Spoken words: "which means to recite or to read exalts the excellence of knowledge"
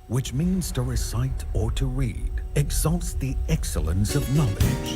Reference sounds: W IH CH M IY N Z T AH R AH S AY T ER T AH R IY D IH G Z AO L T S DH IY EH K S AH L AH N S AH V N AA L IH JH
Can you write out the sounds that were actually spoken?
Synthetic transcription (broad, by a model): W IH CH M IY N Z T AH R AH S AY T ER T AH R IY D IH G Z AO L T S DH IY EH K S AH L AH N S AH V N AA L IH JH